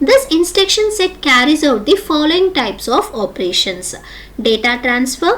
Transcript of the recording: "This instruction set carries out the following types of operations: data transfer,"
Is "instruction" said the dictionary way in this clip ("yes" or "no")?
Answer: no